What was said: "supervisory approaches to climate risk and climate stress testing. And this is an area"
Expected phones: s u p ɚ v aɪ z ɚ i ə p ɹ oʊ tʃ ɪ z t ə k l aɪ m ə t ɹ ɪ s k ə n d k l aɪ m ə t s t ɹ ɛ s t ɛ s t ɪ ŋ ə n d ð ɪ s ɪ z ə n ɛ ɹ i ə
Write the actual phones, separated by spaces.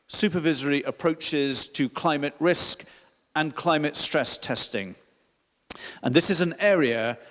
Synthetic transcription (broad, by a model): s u p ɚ v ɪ z ɚ i ə p ɹ oʊ tʃ ɪ z t ə k l aɪ m ə t ɹ ɪ s k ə n k l aɪ m ə t s t ɹ ɛ s t ɛ s t ɪ ŋ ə n ð ɪ s ɪ z ə n ɛ ɹ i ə